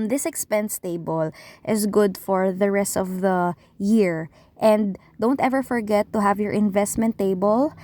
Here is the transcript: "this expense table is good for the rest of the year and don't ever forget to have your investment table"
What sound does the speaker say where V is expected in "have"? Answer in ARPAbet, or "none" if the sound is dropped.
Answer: V